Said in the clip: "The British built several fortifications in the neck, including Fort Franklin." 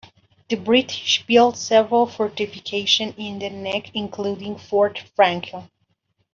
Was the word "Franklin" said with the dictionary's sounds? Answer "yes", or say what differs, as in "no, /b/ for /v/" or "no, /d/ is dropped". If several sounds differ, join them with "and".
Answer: no, /l/ is dropped and /n/ is dropped